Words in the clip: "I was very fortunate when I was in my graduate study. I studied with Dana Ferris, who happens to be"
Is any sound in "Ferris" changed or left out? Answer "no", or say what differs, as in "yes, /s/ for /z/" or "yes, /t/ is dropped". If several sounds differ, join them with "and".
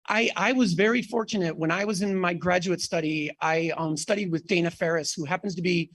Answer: no